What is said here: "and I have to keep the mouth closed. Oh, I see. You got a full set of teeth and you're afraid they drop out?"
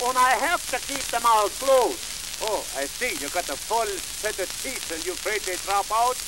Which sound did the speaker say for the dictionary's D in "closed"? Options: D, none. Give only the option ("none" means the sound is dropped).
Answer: none